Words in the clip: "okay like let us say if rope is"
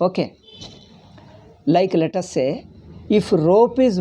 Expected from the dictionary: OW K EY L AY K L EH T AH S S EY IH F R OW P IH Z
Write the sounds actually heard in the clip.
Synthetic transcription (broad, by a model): OW K EY L AY K L EH T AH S S EY IH F R OW P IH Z